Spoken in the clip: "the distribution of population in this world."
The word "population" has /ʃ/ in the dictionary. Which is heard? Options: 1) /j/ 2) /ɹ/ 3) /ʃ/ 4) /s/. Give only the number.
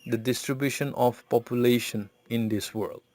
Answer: 3